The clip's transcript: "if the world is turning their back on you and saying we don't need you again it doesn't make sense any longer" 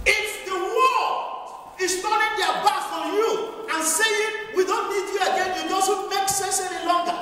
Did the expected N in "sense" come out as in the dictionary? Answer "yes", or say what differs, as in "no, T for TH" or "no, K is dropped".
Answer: no, N is dropped